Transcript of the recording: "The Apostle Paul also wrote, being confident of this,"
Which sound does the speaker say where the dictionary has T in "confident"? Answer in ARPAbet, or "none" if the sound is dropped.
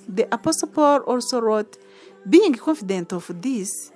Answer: T